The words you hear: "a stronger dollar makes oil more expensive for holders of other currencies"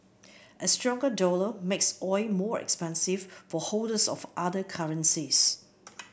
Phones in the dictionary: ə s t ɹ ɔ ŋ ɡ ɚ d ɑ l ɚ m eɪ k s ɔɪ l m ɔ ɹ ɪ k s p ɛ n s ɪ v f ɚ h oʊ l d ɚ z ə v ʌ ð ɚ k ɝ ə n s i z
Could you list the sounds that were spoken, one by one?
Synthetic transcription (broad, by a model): ə s t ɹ ɔ ŋ ɡ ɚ d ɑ l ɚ m eɪ k s ɔɪ m ɔ ɹ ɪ k s p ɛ n s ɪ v f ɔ h oʊ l d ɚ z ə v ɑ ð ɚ k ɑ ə n s i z